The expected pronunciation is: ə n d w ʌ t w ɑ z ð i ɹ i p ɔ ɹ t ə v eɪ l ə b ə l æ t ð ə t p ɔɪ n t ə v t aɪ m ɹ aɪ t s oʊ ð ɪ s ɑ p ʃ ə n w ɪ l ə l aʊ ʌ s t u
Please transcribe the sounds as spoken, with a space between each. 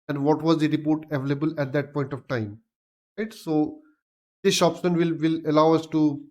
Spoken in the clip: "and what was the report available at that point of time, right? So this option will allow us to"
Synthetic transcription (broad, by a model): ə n d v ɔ t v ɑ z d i ɹ i p ɔ ɹ t ə v eɪ l ə b ə l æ t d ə t p ɔɪ n t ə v t aɪ m ɹ aɪ t s oʊ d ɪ ʃ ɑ p s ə n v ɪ l ə l aʊ ʌ s t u